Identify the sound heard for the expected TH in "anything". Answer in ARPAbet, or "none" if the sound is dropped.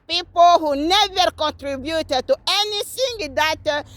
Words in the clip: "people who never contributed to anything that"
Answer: S